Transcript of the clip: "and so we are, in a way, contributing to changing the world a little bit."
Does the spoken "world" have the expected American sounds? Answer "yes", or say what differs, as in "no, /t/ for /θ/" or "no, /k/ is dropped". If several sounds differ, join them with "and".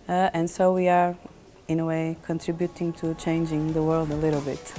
yes